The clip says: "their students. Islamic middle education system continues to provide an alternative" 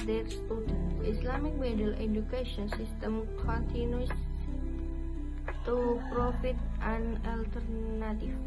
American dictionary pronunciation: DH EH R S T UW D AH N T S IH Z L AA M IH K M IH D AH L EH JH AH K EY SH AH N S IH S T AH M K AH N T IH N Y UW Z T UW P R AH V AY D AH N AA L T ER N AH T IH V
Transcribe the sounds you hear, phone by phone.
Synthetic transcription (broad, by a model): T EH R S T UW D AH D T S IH S L AA M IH K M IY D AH L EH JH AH K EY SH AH N S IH S T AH M K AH N T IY N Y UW S T UW P R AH F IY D AH N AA L T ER N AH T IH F